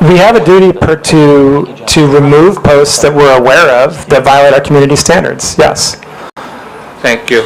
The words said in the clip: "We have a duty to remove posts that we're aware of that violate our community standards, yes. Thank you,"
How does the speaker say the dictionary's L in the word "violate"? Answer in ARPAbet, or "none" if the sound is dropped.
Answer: L